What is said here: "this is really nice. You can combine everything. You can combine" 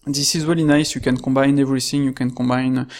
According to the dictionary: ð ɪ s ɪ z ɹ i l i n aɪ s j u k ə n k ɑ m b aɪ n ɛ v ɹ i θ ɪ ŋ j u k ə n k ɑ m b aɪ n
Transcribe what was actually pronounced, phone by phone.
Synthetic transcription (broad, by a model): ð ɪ s ɪ z w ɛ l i n aɪ s j u k ə n k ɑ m b aɪ n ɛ v ɹ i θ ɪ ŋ j u k ə n k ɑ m b aɪ n